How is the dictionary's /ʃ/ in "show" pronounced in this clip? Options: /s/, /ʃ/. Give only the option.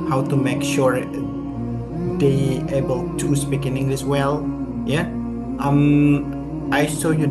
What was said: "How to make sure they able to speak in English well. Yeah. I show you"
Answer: /s/